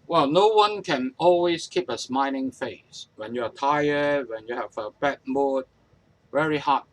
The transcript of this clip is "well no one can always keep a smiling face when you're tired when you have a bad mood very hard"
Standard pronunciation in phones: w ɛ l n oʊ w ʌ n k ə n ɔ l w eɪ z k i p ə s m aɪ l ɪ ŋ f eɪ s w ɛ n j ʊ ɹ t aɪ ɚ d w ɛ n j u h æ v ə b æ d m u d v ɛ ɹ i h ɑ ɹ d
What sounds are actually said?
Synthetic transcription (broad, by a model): w ɛ l n oʊ w ʌ n k ə n ɔ l w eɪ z k i p ə s m aɪ n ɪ ŋ f eɪ s w ɛ n j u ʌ t aɪ ɚ d w ɛ n j u h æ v ə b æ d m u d v ɛ ɹ i h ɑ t